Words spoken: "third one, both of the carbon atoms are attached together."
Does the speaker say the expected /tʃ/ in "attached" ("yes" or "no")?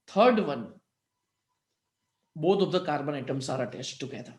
no